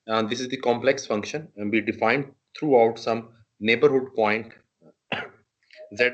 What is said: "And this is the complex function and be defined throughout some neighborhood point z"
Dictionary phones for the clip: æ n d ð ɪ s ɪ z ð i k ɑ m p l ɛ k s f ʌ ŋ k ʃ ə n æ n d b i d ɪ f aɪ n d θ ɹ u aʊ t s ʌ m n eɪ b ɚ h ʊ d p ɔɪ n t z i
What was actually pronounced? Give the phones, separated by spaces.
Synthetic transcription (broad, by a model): d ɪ s ɪ z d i k ɑ m p l ɛ k s f ʌ ŋ k ʃ ə n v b i d ɪ f aɪ n d t ɹ u aʊ t s ʌ m n eɪ b ɚ h ʊ d p ɔɪ n t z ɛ